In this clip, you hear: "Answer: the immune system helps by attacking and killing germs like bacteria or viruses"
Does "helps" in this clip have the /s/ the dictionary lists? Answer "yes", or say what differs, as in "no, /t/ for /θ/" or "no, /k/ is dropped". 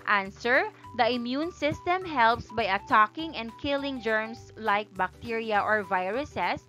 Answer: yes